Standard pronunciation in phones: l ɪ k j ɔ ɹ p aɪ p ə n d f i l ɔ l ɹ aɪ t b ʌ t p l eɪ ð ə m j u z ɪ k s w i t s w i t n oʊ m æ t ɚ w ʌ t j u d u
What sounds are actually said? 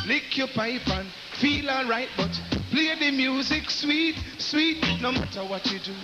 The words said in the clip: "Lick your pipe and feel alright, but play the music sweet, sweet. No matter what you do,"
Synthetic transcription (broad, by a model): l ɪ k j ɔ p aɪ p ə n f i l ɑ ɹ aɪ t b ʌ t p l eɪ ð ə m j u z ɪ k s w i t s w i t n oʊ m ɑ t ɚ w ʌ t j u d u